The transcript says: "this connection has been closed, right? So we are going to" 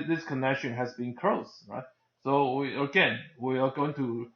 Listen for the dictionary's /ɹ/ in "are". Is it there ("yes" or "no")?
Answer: no